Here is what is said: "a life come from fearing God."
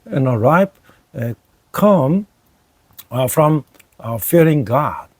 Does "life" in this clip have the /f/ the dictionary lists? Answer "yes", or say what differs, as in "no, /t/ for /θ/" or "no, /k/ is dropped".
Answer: no, /p/ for /f/